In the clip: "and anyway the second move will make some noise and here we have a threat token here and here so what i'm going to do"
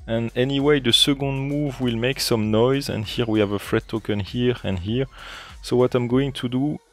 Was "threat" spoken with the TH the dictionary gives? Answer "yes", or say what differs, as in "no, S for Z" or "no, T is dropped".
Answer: no, F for TH